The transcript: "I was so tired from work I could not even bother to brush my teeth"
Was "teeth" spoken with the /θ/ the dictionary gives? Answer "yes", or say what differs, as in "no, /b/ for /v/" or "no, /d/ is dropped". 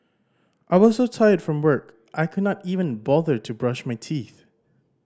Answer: yes